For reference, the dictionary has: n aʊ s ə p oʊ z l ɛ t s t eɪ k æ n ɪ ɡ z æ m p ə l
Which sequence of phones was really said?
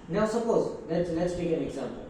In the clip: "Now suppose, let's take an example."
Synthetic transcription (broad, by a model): n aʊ s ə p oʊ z l ɛ t s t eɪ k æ n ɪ ɡ z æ m p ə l